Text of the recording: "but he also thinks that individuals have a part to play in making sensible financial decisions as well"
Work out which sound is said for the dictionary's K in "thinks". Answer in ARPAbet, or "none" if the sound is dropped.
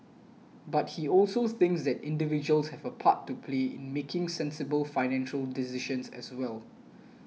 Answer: K